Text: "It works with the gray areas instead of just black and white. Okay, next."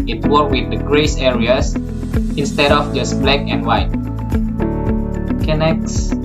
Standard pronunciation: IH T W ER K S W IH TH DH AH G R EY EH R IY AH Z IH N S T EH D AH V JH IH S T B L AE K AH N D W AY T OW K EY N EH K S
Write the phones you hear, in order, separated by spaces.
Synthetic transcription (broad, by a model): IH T W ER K W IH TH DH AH G R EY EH R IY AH S IH N S T EH D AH F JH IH S B L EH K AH N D W AY T K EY N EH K S